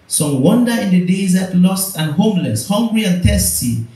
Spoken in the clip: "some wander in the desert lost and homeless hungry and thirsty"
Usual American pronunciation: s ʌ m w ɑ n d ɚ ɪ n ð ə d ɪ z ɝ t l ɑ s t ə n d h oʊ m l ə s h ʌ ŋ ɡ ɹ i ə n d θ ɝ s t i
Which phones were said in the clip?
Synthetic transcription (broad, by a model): s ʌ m w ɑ n d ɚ ɪ n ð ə d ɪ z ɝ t l ɑ s t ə n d h oʊ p l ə s h ʌ ŋ ɡ ɹ i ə n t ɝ s t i